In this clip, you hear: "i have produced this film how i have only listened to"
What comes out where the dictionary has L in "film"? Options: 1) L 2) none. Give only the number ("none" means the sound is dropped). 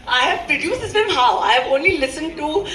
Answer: 2